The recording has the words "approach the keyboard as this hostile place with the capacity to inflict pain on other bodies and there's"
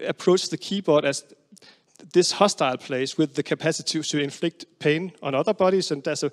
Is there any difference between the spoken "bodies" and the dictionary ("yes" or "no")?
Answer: yes